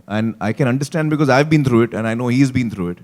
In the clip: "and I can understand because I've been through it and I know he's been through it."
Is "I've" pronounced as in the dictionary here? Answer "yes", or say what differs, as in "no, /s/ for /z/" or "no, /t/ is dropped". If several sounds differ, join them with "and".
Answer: yes